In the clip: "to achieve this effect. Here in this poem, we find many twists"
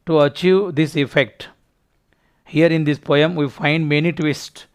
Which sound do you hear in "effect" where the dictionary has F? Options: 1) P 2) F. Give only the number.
2